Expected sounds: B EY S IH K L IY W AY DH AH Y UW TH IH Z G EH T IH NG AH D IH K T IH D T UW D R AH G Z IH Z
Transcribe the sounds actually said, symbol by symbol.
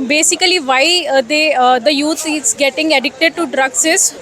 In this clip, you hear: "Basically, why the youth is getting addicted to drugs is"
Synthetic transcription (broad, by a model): B EY S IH K L IY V AY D AH Y UW T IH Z G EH T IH NG AH D IH K T IH D T UW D R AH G S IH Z